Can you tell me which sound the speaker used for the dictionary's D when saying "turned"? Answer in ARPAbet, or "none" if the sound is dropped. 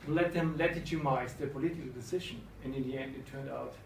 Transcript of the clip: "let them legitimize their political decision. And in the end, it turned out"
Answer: D